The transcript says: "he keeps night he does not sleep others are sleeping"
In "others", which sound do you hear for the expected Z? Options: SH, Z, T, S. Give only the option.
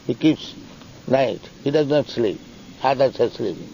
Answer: S